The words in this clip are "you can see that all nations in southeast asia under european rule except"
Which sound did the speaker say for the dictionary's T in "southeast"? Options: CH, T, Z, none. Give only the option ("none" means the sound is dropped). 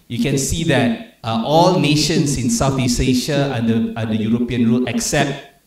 none